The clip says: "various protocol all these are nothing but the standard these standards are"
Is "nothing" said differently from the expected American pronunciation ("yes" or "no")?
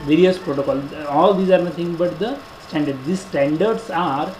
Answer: yes